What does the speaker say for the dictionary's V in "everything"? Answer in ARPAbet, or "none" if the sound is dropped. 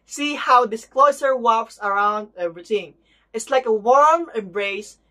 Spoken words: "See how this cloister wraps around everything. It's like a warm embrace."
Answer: none